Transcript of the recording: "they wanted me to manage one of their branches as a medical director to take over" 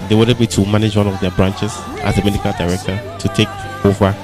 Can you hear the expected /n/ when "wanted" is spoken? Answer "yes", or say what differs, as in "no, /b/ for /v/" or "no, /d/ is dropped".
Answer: no, /n/ is dropped